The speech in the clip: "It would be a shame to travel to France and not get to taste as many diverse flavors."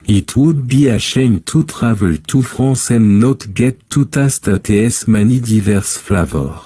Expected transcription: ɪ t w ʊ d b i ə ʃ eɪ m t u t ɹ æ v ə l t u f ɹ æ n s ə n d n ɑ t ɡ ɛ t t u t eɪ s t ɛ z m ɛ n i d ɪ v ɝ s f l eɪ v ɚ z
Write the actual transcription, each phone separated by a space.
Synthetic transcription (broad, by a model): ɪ t w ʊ d b i ə ʃ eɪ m t u t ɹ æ v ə l t u f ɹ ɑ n s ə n n ɑ t ɡ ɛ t t u t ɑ s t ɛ s m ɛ n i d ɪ v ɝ s f l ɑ v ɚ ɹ